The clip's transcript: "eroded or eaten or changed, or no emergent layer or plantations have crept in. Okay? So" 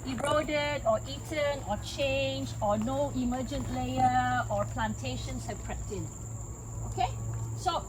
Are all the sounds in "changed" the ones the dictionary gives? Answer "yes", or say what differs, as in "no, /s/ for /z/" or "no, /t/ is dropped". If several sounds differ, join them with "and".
no, /d/ is dropped